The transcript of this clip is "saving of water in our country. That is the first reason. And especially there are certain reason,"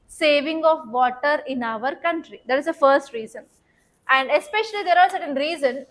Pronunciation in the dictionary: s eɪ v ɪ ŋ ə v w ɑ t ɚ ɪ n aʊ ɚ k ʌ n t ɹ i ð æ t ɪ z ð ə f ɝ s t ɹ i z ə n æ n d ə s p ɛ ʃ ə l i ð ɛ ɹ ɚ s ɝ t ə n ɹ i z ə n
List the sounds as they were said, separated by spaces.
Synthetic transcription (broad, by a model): s eɪ v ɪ ŋ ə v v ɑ t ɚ ɪ n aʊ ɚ k ʌ n t ɹ i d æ t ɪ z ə f ɝ s t ɹ i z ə n æ n d ə s p ɛ ʃ ə l i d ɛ ɹ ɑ s ɝ t ə n ɹ i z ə n